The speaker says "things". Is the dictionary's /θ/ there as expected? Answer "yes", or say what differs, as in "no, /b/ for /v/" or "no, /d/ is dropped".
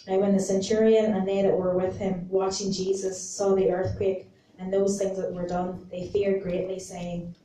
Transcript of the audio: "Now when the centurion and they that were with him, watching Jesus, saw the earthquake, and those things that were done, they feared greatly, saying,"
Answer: yes